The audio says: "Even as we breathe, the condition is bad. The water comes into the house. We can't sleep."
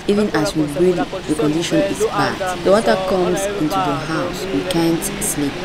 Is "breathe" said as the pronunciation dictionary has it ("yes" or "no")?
no